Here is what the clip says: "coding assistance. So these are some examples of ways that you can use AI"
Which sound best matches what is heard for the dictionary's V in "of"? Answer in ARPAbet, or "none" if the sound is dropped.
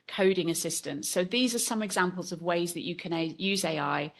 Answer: V